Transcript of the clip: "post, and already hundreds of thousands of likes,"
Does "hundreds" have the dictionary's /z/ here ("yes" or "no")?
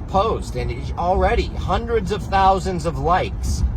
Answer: yes